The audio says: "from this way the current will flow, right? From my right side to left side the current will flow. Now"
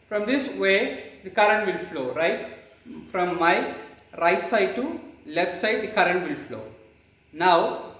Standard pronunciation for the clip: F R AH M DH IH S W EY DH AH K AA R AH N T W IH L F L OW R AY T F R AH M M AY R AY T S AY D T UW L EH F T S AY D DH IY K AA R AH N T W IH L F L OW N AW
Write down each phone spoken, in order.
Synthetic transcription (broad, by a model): F R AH M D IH S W EY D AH K AA R AH N T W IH L F L OW R AY T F R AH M M AY R AY T S AY D T UW L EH T S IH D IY K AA R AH N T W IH L F L OW N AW